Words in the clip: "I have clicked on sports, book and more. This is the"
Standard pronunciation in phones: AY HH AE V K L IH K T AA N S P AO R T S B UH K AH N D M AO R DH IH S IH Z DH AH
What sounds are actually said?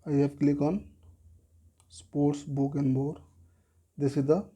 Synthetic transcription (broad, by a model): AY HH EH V K L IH K AA N S P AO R T S B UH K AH N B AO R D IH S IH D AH